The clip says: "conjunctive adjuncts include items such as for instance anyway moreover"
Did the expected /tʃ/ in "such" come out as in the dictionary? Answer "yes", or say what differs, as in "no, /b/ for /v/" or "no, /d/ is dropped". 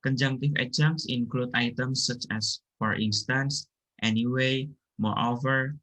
yes